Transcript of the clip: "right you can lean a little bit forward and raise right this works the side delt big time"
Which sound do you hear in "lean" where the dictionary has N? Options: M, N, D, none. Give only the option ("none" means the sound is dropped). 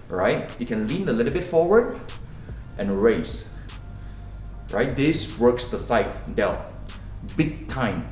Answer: N